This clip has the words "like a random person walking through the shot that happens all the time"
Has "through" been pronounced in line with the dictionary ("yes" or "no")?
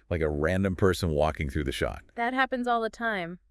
yes